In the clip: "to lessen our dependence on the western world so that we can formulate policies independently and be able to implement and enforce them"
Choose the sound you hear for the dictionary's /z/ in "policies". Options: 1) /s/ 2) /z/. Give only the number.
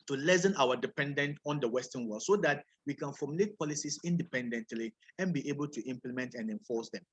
1